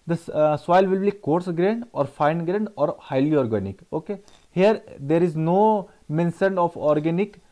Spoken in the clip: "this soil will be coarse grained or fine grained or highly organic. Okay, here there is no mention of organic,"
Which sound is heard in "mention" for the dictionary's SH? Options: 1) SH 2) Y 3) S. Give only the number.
3